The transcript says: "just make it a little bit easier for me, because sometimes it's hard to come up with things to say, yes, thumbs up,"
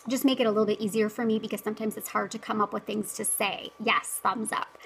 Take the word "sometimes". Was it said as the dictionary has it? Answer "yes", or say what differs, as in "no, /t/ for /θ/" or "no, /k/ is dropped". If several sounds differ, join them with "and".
yes